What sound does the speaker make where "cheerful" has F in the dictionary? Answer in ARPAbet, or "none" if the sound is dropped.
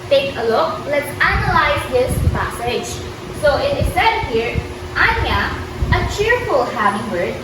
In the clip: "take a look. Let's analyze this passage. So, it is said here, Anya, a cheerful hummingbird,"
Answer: F